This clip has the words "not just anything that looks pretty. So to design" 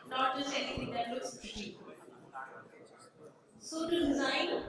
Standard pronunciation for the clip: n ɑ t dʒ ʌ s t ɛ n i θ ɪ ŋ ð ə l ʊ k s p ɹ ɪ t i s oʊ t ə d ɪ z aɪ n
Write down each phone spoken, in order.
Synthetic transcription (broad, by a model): n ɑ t dʒ ʌ s t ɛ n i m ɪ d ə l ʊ s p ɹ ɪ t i s oʊ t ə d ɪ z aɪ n